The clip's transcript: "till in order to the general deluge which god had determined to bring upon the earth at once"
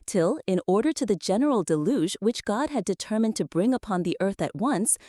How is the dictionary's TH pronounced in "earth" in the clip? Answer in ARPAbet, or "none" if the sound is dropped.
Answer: TH